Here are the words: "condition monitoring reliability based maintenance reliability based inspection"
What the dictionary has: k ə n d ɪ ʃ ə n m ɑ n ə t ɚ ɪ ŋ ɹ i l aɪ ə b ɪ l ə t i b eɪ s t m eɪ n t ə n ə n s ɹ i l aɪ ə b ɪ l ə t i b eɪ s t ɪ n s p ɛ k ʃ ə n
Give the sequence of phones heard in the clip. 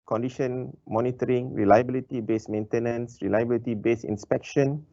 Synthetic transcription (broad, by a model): k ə n d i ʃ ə n m ɑ n ə t ɚ ɪ ŋ ɹ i l aɪ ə b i l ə t i b eɪ s m eɪ n t ə n ə n s ɹ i l aɪ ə b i l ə t i b eɪ s ɪ n s p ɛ k ʃ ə n